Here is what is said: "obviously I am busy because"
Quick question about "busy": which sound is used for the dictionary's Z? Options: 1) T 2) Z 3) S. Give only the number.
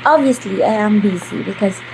3